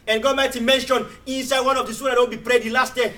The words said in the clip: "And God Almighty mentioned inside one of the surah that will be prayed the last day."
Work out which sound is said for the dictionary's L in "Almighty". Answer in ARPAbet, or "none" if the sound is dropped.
none